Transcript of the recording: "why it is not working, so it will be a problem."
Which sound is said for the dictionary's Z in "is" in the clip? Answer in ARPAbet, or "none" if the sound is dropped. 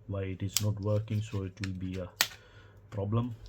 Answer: S